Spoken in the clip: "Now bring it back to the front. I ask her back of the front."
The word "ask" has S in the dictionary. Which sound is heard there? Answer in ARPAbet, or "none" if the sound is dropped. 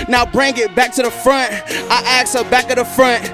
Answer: none